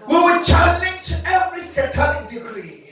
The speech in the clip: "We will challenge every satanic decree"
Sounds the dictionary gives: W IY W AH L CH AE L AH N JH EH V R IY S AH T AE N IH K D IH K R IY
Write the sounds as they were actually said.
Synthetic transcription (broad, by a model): W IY W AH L CH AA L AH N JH EH V R IY S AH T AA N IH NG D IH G R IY